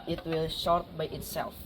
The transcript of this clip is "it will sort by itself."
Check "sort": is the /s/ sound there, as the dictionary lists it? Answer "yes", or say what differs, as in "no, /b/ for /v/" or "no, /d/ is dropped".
no, /ʃ/ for /s/